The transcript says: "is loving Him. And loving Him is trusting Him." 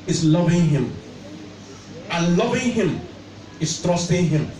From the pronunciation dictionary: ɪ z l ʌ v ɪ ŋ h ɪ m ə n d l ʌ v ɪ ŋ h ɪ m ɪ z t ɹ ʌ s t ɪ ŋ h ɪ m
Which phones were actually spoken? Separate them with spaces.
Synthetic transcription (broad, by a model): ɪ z l ʌ v ɪ ŋ h ɪ m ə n l ʌ v ɪ ŋ h ɪ m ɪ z t ɹ ʌ s t ɪ ŋ h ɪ m